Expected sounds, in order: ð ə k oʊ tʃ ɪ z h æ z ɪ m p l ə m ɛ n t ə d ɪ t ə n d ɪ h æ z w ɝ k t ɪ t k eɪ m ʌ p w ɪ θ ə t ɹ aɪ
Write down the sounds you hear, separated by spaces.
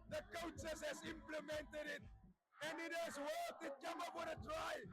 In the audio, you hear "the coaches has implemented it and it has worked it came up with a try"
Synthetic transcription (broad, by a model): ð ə k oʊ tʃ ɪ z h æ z ɪ m p l ə m ɛ n t ə d ɪ t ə n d ɪ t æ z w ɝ t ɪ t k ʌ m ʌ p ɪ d ə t ɹ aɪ